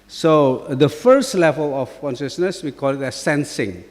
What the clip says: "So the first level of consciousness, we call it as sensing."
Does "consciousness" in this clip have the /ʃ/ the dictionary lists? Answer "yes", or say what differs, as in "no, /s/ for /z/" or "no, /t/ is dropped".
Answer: yes